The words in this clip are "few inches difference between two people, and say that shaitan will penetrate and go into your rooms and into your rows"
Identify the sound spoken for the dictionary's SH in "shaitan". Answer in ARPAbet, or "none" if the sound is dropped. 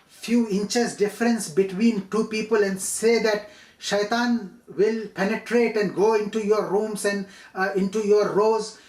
SH